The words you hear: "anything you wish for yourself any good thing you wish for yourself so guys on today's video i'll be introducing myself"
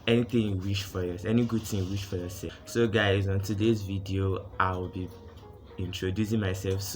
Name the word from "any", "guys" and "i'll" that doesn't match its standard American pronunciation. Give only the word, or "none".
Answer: i'll